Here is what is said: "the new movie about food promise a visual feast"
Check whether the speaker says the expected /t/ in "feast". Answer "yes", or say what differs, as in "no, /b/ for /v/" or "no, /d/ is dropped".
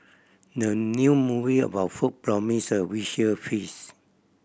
no, /t/ is dropped